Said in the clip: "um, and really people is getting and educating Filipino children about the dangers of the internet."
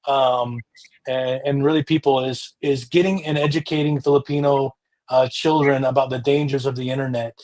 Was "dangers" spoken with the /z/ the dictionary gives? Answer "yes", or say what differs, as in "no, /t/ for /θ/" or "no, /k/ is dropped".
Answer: yes